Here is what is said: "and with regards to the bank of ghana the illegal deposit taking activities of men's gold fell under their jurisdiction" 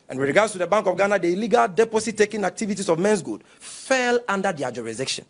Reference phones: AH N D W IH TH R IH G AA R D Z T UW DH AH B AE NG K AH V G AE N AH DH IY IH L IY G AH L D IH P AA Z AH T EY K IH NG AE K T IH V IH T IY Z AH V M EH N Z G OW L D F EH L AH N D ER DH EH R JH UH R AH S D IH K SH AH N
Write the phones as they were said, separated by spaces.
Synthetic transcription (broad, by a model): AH N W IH R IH G AA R D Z T UW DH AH B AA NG K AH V G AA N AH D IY IH L IY G AH L D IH P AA S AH T EY K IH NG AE K T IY V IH T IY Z AH V M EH N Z G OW D F EH L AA N D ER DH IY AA JH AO R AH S D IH K SH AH N